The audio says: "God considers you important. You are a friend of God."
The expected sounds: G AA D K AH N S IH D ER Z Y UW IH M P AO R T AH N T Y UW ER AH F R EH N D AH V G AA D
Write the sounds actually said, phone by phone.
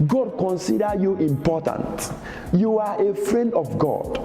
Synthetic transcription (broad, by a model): G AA D K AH N S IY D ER Y UW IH M P AO T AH N T Y UW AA AH F R EH N D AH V G AA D